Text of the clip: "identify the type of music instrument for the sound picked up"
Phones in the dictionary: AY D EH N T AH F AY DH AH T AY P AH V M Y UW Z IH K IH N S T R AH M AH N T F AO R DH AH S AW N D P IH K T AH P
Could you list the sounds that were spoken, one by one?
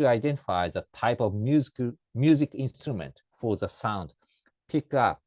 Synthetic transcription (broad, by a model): AY D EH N T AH F AY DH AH T AY P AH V M Y UW Z IH K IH N S T R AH M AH N T F AO R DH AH S AW N D P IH K AH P